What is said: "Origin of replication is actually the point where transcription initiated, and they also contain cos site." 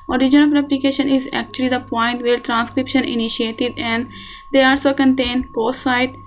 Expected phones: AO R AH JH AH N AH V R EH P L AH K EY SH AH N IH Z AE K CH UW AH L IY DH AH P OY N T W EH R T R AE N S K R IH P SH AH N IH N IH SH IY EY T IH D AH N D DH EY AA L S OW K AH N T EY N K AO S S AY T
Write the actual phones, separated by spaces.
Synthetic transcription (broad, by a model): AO R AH JH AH N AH P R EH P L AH K EY SH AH N IH Z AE K CH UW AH L IY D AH P OY N T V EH R T R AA N S K R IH P SH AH N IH N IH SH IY EY T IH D AH N D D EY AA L S OW K AH N T EY N K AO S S AY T